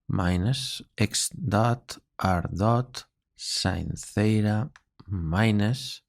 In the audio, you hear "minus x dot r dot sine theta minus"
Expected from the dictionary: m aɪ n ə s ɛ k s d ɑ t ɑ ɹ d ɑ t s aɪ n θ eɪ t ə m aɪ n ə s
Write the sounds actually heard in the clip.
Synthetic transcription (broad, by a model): m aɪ n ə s ɛ k s d ɑ t ɑ ɹ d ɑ t s aɪ n θ eɪ t ə m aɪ n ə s